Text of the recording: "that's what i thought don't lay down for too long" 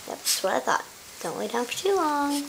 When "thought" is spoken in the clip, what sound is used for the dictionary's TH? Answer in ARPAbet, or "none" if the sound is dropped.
TH